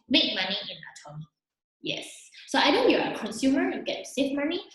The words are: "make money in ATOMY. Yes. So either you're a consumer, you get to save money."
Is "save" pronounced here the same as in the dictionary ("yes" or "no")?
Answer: no